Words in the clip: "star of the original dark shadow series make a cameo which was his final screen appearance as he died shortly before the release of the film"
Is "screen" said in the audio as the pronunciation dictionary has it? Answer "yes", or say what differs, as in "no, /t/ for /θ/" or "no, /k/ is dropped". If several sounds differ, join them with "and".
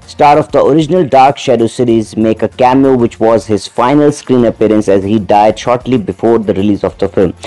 yes